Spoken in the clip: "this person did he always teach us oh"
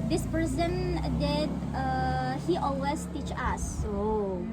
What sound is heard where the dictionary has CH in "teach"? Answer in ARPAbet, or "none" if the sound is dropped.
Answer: CH